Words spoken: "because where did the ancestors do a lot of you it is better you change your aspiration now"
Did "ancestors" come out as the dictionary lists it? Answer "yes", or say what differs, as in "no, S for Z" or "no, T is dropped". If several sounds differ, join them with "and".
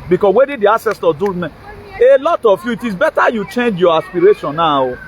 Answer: no, N is dropped and Z is dropped